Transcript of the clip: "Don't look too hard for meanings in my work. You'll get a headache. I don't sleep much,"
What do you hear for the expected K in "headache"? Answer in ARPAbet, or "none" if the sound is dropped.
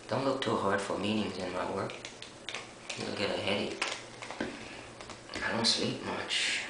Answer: none